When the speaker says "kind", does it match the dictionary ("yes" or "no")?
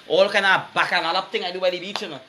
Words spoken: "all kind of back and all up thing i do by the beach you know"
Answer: no